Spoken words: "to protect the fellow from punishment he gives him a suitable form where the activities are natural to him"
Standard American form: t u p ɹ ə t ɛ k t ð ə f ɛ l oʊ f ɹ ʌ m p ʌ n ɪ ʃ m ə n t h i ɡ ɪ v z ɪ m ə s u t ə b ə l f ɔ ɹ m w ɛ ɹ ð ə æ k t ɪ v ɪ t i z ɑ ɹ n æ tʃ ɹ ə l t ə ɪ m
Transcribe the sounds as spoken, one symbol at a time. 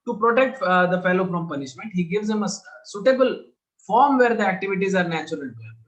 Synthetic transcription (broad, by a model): t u p ɹ ə t ɛ k t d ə f ɛ l oʊ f ɹ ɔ m p ʌ n ɪ ʃ m ə n t h i ɡ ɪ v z ɪ m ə s u t ə b ə l f ɔ ɹ m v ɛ ɹ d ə æ k t ɪ v ɪ t i z ɑ ɹ n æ tʃ ə t ə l